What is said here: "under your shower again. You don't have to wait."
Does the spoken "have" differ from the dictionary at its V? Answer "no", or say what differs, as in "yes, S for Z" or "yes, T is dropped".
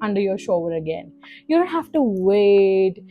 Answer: yes, F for V